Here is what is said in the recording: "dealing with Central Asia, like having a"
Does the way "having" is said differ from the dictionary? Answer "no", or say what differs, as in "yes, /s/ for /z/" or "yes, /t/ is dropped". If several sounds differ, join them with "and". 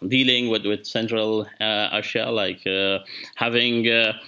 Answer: no